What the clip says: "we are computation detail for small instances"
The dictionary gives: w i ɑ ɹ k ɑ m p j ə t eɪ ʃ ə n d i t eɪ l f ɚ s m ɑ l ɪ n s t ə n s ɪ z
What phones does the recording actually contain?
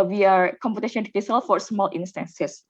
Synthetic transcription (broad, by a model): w i ɑ ɹ k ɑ m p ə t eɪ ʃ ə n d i s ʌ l f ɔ s m ɑ l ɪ n s t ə n s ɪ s